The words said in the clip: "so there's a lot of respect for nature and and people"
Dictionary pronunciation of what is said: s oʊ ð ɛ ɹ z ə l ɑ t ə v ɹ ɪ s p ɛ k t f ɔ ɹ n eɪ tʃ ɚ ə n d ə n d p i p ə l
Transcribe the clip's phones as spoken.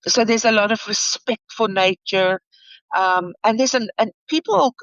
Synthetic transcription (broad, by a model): s oʊ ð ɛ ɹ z ə l ɑ t ə v ɹ ɪ s p ɛ k t f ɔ l n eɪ tʃ ɚ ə n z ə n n p i p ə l